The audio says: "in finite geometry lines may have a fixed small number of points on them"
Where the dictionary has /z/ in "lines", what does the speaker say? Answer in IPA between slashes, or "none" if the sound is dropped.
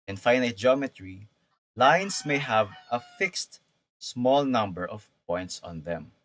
/s/